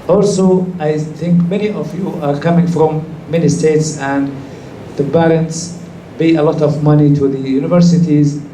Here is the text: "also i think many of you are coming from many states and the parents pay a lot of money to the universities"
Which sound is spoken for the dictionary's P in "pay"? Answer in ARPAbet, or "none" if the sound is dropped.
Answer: B